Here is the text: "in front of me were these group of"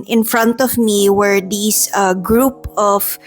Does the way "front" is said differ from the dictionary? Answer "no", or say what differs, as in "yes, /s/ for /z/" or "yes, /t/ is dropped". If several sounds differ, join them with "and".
no